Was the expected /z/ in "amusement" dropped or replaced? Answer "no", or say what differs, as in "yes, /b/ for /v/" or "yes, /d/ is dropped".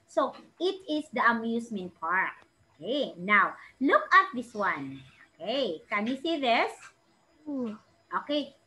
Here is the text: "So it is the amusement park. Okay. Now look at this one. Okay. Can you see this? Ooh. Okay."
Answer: yes, /s/ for /z/